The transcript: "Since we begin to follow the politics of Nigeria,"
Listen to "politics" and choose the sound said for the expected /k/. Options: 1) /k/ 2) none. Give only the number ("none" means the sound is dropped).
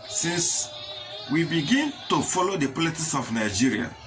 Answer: 2